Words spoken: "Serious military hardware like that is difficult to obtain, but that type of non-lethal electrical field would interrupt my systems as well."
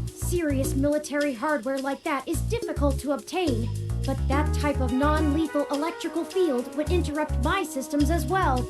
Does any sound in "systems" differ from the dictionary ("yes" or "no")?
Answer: no